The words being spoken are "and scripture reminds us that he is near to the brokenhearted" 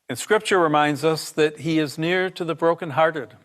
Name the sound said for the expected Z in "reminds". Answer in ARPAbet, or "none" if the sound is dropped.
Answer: Z